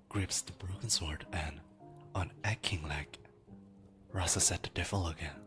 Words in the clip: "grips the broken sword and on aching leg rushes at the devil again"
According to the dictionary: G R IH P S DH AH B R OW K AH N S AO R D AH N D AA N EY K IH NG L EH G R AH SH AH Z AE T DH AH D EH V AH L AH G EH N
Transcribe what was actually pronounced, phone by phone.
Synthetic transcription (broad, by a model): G R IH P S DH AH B R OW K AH N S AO R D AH N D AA N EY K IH NG L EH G R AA S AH S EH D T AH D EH F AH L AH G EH N